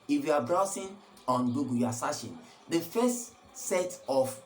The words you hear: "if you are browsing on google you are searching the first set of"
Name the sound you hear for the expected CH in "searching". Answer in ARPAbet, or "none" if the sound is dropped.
SH